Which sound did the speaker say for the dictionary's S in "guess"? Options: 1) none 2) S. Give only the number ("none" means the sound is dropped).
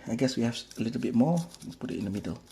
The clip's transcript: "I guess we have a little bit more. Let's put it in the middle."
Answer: 2